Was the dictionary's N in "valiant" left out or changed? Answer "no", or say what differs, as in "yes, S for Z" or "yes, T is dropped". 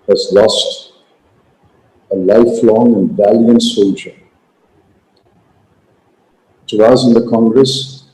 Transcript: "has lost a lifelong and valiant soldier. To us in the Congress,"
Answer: no